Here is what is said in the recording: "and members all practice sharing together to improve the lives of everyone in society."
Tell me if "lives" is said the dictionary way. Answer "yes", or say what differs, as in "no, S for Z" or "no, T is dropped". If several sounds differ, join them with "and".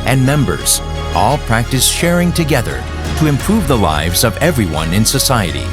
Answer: yes